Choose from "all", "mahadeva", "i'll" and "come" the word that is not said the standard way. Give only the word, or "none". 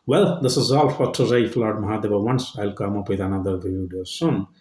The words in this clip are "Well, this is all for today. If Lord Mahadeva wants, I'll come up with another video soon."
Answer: mahadeva